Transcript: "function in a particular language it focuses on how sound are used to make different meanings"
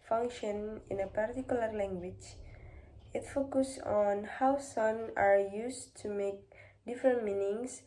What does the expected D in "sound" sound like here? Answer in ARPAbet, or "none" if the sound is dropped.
none